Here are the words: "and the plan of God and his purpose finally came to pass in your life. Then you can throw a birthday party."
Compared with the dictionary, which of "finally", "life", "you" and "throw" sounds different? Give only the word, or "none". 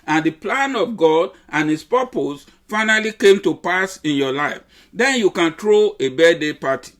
throw